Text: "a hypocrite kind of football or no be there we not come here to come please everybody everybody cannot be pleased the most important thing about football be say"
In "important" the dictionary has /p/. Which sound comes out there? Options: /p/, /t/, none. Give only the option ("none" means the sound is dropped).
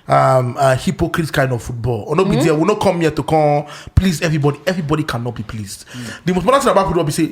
none